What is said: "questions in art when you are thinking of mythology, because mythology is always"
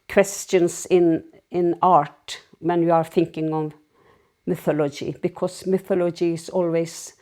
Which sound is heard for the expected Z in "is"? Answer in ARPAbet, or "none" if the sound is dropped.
S